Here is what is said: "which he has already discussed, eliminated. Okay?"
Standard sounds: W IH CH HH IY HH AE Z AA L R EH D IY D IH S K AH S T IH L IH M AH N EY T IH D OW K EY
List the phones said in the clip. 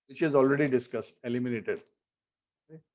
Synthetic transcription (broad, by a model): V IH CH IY Z AA L R EH D IY D IH S K AH S T IH L IH M AH N EY T IH D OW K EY